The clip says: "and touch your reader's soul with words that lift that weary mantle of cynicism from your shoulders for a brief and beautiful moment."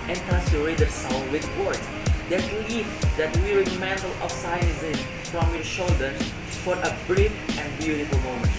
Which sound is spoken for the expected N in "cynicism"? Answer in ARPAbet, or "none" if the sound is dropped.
none